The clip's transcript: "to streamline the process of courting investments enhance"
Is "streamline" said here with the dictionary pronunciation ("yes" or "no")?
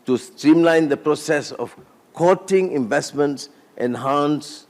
yes